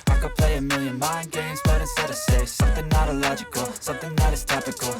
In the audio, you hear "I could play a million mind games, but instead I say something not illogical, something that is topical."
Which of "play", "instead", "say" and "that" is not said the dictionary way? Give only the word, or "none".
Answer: instead